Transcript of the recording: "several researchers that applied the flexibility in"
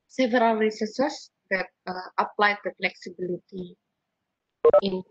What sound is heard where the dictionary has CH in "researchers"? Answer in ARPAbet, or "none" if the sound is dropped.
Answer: S